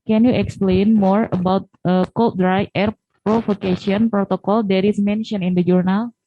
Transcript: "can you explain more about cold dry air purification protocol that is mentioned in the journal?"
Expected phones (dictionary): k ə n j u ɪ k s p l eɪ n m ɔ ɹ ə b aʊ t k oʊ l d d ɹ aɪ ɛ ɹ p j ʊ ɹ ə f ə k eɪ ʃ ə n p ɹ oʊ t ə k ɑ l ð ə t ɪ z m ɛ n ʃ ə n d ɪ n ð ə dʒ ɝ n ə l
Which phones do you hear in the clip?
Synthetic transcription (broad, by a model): k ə n j u ɪ k s p l eɪ n m ɔ ɹ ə b aʊ t k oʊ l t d ɹ aɪ ɛ ɹ p ɹ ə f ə k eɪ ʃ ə n p ɹ oʊ t ə k ɑ l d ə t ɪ s m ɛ n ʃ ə n ɪ n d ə dʒ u n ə l